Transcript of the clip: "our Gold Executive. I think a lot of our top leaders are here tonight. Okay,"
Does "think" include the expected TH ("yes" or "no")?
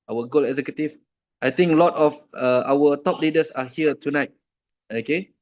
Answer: no